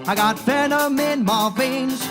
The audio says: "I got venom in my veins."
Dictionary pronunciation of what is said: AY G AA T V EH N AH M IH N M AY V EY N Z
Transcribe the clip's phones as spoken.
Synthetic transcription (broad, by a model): AY G AA T F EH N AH M IH N M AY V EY N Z